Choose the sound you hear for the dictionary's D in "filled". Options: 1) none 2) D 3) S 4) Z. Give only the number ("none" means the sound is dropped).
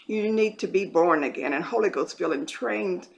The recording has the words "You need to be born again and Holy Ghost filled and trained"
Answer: 1